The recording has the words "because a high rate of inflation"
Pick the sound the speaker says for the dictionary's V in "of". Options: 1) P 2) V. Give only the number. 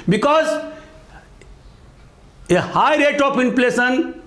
1